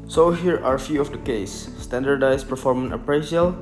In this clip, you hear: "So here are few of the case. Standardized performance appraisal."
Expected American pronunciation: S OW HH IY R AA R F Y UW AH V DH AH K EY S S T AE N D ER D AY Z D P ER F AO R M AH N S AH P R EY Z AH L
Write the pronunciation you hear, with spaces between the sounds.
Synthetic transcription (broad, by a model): S OW HH IY R AA R F Y UW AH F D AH K EY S S T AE N D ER D AY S P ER F AO R M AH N AH P R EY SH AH L